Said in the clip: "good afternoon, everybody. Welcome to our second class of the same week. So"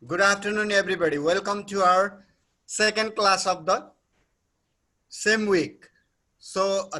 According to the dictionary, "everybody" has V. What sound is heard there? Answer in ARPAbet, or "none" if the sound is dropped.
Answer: B